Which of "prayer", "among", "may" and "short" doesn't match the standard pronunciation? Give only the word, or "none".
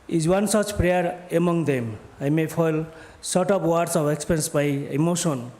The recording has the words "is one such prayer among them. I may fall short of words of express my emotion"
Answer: short